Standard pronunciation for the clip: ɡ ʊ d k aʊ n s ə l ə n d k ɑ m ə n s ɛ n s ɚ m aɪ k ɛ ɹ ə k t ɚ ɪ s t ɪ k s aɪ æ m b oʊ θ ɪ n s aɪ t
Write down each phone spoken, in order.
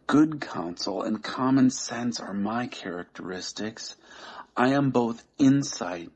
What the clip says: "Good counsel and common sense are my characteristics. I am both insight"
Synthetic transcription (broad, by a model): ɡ ʊ d k aʊ n s l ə n k ɑ m ə n s ɛ n s ɚ m aɪ k ɛ ɹ ə k t ɚ ɪ s t ɪ k s aɪ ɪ m b oʊ θ ɪ n s aɪ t